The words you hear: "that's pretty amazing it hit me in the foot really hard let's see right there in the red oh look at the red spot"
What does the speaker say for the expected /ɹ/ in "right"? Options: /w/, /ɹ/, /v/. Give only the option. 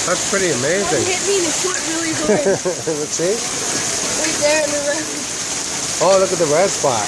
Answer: /w/